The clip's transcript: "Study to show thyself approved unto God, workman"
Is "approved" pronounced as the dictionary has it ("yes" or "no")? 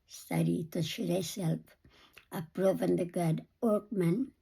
no